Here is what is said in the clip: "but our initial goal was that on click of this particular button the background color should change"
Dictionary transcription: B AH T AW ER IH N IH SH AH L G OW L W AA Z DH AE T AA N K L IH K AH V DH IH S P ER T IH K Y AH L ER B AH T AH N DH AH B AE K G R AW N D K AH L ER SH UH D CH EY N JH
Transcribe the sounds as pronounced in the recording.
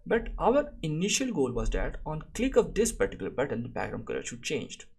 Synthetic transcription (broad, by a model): B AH T AW ER IH N IH SH AH L G OW L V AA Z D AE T AA N K L IH K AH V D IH S P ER T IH K Y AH L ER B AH T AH N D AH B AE G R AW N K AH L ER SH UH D CH EY N JH